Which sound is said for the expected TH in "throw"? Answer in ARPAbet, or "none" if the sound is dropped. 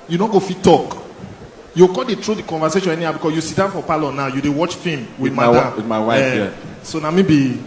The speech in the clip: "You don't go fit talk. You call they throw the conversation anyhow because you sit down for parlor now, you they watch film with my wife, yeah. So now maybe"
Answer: T